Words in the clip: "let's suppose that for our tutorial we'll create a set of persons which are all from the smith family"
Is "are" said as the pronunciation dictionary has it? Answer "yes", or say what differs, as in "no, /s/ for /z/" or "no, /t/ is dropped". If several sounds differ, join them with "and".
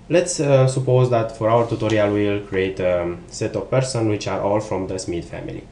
yes